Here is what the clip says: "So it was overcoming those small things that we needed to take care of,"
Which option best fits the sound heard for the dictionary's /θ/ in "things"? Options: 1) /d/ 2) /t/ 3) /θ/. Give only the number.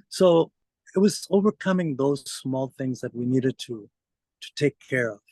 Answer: 3